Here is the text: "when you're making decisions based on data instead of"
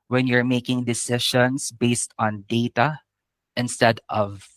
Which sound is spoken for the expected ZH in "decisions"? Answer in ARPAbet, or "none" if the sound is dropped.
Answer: SH